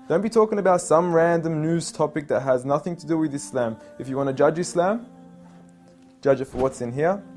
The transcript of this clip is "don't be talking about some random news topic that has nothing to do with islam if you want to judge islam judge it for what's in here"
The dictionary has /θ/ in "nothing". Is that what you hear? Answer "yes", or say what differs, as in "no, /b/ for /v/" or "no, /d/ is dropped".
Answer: yes